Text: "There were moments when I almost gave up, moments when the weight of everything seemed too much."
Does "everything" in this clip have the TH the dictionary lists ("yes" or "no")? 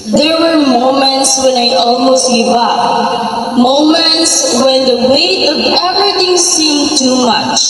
no